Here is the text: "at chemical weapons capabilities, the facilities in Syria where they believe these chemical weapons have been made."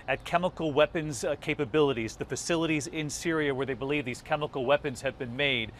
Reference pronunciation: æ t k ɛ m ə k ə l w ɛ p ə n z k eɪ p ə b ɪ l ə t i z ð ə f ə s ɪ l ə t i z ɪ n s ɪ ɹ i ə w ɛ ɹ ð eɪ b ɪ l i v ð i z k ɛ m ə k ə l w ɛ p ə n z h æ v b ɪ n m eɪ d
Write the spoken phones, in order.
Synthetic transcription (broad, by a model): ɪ t k ɛ m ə k l w ɛ p ə n z k eɪ p ə b ɪ l ə t i z ð ə f ə s ɪ l ə t i z ɪ n s ɪ ɹ i ə w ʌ ɹ ð eɪ b ɪ l i v ð i z k ɛ m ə k l w ɛ p ə n z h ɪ v b ɪ n m eɪ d